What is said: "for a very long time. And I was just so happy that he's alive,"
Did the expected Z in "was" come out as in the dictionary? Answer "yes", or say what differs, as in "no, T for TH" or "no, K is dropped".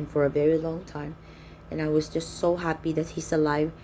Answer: yes